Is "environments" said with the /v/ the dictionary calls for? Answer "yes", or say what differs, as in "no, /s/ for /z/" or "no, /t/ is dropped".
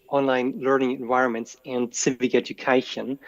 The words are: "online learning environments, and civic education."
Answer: yes